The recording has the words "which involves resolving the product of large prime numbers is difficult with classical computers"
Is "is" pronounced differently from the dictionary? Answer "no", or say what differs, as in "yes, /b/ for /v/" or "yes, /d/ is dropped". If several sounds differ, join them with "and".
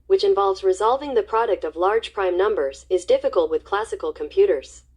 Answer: no